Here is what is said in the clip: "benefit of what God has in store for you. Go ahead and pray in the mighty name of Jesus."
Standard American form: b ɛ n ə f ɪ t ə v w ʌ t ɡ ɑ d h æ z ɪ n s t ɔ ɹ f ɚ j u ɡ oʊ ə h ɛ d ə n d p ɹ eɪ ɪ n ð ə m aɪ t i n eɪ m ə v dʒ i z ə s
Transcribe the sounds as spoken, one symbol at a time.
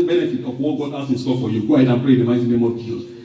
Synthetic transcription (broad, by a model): b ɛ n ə f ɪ t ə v w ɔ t ɡ ɑ d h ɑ s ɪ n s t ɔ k f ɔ j u ɡ oʊ ə h ɛ d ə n p ɹ eɪ ɪ n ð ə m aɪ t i n eɪ m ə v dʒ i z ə s